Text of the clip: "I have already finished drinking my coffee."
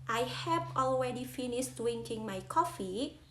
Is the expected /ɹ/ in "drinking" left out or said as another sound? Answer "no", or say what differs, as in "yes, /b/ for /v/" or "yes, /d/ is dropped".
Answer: yes, /w/ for /ɹ/